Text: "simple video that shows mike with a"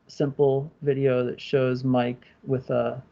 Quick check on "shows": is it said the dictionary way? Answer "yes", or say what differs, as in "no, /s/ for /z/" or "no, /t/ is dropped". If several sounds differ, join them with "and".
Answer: yes